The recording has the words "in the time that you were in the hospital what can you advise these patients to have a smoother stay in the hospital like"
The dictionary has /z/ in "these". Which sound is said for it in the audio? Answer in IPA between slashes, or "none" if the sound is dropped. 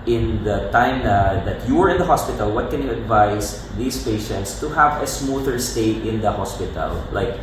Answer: /s/